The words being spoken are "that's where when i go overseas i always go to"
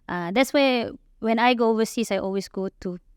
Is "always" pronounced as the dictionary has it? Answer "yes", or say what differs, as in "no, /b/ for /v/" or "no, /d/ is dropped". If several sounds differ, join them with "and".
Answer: no, /s/ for /z/